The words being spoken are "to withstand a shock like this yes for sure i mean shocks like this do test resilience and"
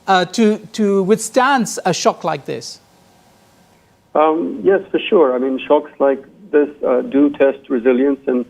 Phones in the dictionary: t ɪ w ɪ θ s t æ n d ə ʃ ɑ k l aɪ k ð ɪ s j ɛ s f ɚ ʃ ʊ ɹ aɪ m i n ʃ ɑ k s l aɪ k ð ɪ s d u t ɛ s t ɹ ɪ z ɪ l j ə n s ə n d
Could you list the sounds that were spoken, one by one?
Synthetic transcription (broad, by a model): t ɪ w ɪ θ s t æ n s ə ʃ ɑ k l aɪ k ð ɪ s j ɛ s f ɚ ʃ ʊ ɹ aɪ m i n ʃ ɑ k s l aɪ k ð ɪ s d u t ɛ s t ɹ ɪ z ɪ l j ə n s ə n